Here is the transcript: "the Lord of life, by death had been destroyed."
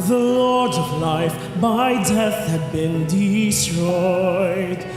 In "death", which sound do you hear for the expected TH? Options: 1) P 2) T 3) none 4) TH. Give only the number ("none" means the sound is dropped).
4